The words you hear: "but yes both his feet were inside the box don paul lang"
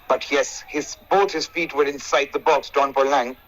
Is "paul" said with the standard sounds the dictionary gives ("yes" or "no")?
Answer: no